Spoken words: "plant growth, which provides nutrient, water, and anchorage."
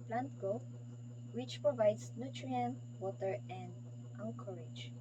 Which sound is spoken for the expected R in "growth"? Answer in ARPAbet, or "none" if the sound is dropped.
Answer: none